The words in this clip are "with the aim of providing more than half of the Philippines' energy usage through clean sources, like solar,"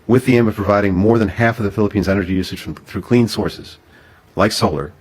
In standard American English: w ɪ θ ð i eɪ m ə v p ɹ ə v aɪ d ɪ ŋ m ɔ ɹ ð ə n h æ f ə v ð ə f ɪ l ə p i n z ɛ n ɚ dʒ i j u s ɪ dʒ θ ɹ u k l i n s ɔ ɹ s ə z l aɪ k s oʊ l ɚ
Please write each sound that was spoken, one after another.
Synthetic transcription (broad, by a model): w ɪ ð i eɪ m ə v p ɹ ə v aɪ d ɪ ŋ m ɔ ɹ ð ə n h æ f ə v ð ə f ɪ l ə p i n z ɛ n ɚ dʒ i j u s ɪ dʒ θ ɹ u k l i n s ɔ ɹ s ə z l aɪ k s oʊ l ɚ